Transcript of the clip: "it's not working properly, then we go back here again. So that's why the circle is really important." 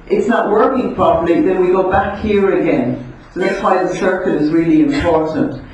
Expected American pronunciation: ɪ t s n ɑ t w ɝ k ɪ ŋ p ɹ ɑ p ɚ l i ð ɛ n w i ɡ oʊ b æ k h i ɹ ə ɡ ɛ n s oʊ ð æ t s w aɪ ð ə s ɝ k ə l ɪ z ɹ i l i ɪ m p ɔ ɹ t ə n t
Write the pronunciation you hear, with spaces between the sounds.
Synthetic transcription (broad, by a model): ɪ t s n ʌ t w ɝ k ɪ ŋ p ɹ ɑ p ɚ l i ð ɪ n w i ɡ oʊ b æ k h i ɹ ə ɡ ɛ n s oʊ ð æ t s w aɪ ð ə s ɝ k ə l ɪ z ɹ i l i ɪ m p ɔ ɹ t n t